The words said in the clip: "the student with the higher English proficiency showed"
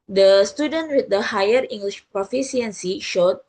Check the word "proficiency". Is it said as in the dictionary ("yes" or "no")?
no